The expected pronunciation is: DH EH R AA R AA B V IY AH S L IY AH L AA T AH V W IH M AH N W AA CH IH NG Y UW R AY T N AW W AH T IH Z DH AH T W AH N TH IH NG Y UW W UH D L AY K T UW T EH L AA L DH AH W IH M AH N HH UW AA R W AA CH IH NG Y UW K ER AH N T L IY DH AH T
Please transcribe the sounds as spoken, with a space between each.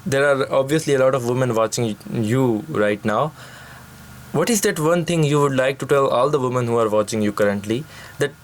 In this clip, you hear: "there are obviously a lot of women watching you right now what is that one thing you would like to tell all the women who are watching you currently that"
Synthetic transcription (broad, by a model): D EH R AA R AA B V IY AH S L IY AH L AA T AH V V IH M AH N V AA CH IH NG Y UW R AY T N AW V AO T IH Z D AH T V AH N T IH NG Y UW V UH D L AY K T UW T EH L AA L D AH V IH M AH N HH UW AA R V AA CH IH NG Y UW K ER AH N T L IY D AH T